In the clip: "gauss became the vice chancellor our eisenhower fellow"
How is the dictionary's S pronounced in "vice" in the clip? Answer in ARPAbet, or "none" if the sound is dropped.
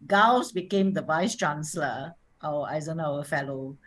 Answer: S